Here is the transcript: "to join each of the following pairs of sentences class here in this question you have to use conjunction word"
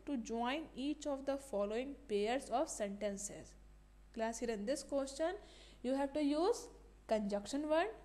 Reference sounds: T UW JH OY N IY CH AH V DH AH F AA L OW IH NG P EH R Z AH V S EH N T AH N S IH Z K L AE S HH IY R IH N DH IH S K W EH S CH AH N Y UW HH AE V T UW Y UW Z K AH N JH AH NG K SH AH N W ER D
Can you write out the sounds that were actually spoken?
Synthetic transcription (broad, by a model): T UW JH OY N IY CH AH V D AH F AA L OW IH NG P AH R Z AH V S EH N T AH N S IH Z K L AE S HH IY R IH N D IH S K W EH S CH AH N Y UW HH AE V T UW Y UW Z K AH N JH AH K SH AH N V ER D